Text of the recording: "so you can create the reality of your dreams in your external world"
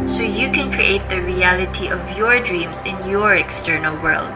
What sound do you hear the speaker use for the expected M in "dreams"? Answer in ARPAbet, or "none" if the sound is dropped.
M